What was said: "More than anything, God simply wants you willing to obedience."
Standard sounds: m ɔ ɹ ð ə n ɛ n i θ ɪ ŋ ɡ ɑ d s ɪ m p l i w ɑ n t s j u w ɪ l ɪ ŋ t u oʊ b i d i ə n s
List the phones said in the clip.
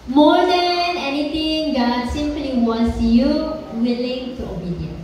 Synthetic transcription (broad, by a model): m ɔ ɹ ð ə n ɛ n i t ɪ ŋ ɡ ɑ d s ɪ m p l i w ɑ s j u w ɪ l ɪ ŋ t u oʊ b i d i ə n